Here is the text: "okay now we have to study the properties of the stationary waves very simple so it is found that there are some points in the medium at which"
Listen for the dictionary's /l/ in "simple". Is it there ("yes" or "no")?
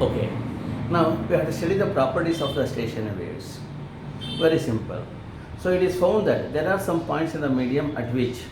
yes